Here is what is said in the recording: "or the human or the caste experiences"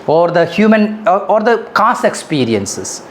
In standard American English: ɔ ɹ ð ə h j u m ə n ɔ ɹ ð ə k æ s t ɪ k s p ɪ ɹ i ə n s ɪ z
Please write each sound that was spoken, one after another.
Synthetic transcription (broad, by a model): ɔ ɹ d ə h j u m ə n ɔ ɹ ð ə k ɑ s ɪ k s p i ɹ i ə n s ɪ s